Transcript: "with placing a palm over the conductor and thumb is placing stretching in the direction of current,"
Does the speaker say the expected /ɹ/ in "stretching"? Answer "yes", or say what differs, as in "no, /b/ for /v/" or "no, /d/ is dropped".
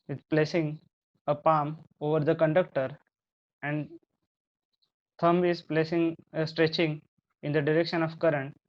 yes